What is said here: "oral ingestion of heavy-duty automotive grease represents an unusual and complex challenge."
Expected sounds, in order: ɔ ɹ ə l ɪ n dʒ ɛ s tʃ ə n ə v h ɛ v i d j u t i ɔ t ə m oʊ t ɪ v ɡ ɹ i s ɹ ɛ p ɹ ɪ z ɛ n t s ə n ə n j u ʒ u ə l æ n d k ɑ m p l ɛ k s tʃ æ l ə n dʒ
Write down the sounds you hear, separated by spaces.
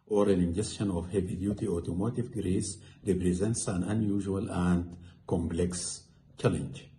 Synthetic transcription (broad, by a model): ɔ ɹ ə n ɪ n dʒ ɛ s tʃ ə n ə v h ɛ v i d j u t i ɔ t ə m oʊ t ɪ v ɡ ɹ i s ɹ ɛ p ɹ ɪ z ɛ n t s ə n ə n j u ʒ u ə l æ n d k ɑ m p l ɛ k s tʃ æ l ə n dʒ